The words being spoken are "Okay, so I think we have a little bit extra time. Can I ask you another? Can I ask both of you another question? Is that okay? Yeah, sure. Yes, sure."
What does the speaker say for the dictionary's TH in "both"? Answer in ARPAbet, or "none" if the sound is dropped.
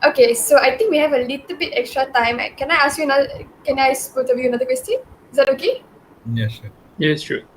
T